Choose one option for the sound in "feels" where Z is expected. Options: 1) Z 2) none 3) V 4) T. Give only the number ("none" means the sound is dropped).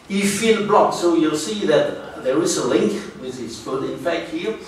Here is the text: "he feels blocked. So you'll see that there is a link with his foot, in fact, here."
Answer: 2